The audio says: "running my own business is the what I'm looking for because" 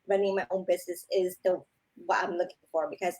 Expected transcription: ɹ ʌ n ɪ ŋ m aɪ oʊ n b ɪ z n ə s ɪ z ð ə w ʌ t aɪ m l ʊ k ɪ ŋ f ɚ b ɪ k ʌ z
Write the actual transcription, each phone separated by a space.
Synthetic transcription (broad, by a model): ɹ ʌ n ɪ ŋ m aɪ oʊ n b ɪ z n ə s ɪ z ð ə w ʌ t aɪ m l ʊ k ɪ ŋ f ɚ b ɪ k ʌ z